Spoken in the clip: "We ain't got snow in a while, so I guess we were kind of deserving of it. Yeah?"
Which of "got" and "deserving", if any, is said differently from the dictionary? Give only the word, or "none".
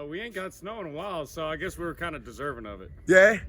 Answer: none